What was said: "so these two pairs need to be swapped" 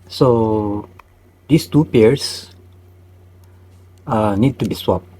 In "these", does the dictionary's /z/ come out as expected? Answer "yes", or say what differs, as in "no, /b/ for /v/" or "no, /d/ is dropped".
no, /s/ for /z/